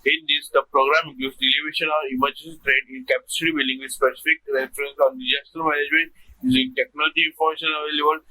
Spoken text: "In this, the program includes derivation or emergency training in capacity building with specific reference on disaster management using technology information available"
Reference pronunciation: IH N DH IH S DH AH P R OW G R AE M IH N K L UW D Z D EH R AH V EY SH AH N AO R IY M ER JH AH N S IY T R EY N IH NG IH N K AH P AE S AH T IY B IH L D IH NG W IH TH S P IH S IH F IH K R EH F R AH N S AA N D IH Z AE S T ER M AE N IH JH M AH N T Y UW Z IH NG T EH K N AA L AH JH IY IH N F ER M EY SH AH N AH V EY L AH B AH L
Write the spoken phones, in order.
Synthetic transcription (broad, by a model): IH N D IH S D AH P R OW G R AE M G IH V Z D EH L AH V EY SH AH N AO R IY M ER JH AH N S IY T R EY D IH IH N K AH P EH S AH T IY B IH L D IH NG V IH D S P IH S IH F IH K R EH F R AH N S AA N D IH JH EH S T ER M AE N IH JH M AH N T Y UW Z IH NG T EH K N AA L AH JH IY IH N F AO M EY SH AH N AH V EY L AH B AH L